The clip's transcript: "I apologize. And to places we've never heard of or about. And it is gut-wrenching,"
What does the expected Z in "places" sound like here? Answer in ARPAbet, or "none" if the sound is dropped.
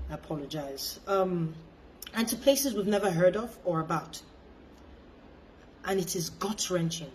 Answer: Z